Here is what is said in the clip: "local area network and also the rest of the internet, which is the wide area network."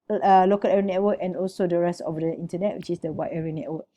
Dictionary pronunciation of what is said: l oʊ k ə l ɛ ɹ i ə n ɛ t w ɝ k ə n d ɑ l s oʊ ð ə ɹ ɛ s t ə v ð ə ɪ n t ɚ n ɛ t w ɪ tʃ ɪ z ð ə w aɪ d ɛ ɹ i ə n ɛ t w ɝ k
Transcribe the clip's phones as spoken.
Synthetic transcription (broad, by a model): l oʊ k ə l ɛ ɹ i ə n ɛ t w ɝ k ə n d ɑ l s oʊ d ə ɹ ɛ s t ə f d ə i n t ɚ n ɛ t w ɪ tʃ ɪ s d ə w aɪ ɛ ɹ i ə n ɛ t w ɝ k